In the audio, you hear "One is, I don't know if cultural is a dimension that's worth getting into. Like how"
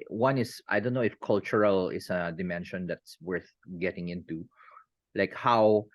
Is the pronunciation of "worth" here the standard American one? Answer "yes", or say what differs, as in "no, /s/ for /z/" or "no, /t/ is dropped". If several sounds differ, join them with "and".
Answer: yes